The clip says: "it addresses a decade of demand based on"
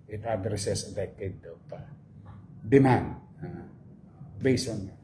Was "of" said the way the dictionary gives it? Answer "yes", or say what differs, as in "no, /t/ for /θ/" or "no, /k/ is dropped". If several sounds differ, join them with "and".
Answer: no, /p/ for /v/